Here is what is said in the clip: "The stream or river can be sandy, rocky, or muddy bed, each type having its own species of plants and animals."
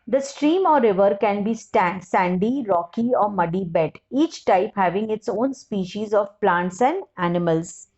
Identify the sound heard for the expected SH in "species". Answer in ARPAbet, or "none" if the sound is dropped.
SH